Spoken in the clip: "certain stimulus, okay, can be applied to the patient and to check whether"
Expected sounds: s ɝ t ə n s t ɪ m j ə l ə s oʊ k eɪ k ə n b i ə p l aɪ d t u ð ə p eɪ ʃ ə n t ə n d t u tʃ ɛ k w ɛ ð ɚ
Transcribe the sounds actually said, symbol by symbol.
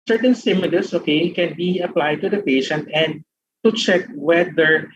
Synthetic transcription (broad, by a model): s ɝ t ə n s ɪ m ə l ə s oʊ k eɪ k ə n b i ə p l aɪ d t u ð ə p eɪ ʃ ə n t ə n d t u tʃ ɛ k w ɛ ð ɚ